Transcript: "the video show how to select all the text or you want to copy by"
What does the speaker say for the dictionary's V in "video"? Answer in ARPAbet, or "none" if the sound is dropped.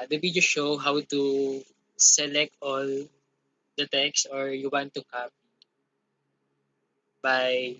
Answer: B